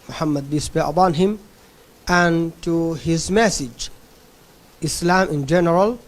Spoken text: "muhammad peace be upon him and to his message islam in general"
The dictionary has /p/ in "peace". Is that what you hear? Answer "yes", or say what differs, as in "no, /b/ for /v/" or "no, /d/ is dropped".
no, /b/ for /p/